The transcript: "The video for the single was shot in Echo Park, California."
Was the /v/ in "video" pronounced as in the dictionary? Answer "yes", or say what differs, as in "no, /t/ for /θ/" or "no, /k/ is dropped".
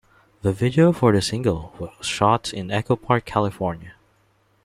yes